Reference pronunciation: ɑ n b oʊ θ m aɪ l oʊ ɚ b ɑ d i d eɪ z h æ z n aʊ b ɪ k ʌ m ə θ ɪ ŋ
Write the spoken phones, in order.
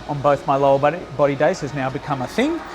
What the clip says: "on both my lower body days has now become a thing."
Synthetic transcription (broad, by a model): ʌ n b oʊ θ m aɪ l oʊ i b ɑ d i d eɪ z h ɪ z n aʊ b ɪ k ʌ m ə θ ɪ ŋ